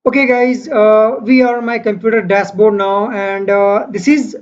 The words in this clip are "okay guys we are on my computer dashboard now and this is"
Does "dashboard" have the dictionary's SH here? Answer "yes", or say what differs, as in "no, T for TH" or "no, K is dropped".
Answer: no, S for SH